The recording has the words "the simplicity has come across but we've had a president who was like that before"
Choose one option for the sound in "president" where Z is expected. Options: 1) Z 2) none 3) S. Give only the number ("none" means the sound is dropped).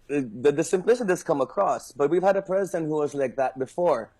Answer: 1